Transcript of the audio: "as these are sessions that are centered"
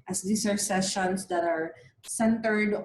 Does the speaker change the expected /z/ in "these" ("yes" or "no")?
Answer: yes